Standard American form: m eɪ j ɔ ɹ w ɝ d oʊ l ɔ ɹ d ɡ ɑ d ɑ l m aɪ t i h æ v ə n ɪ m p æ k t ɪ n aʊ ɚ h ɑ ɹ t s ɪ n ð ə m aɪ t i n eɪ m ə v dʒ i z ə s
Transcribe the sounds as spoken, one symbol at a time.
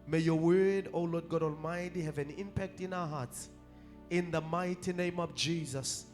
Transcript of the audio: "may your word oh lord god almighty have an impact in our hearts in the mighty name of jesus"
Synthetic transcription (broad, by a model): m eɪ j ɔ w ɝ d oʊ l ɔ d ɡ ɑ d ɑ l m aɪ t i h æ v ə n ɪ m p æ k t ɪ n aʊ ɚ h ɑ t s ɪ n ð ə m aɪ t i n eɪ m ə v dʒ i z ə s